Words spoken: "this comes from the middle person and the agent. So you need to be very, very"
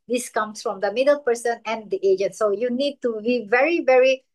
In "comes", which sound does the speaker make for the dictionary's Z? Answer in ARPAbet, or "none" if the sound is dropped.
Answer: S